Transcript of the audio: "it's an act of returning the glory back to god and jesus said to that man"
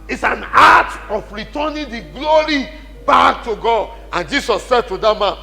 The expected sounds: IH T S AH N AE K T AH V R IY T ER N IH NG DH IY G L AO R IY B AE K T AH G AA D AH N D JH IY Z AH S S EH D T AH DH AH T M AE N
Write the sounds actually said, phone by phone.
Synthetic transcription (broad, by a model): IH T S AH N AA T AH F R IY T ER N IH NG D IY G L AO R IY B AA K T AH G AA D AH N JH IY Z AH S S EH D T AH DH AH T M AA N